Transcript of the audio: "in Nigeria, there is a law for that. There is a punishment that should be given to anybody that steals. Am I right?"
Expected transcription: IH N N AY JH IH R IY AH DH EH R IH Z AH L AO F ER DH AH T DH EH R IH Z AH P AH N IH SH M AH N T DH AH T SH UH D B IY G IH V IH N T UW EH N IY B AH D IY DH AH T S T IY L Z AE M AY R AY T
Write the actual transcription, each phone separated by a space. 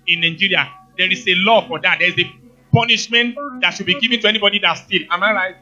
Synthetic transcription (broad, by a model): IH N N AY JH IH R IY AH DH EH R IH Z AH L AO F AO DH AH T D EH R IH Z AH P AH N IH SH M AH N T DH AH T SH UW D B IY G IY V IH N T UW EH N IY B AH D IY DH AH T S T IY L AA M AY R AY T